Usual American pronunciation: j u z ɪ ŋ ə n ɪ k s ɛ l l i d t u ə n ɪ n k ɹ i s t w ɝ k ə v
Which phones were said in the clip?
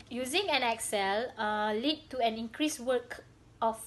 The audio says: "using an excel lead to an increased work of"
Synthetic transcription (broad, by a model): j u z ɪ ŋ ə n ɪ k s ɛ l l i d t u ə n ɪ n k ɹ i s w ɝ k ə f